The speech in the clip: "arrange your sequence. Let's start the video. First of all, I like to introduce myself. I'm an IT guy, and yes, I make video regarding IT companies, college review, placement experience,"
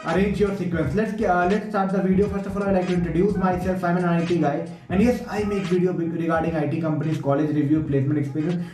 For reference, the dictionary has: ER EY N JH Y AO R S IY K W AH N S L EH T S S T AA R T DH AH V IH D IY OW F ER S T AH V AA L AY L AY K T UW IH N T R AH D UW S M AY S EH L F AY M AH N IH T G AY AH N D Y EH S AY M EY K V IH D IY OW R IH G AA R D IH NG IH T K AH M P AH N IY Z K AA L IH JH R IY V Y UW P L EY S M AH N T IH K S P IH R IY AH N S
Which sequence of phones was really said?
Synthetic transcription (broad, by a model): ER EY N JH Y AO R S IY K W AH N S L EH T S S T AA R T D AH V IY D IY OW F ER S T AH F AA L AY L AY K T UW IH N T R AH D UW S M AY S EH L F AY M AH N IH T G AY AH N D Y EH S AY M EY K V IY D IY OW R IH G AA R D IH NG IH T K AH M P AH N IY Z K AA L IH JH R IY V Y UW P L EY S M AH N T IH K S P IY R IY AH N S